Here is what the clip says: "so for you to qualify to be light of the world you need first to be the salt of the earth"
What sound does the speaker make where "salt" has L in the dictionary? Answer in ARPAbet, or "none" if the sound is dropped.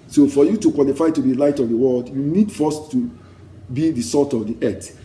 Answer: none